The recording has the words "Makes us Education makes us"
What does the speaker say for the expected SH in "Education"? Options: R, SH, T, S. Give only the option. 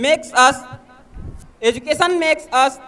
S